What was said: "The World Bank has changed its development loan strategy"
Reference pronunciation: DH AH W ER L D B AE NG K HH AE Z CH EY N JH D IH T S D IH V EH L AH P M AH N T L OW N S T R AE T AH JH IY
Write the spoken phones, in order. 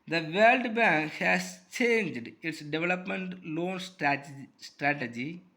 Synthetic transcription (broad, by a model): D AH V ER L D B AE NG K HH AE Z CH EY N JH D IH T S D IH V EH L AH P M AH N T L OW N S T R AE T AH JH IY